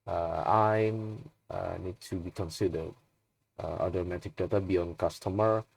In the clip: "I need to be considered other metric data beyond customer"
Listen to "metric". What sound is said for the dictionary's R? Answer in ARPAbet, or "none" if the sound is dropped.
none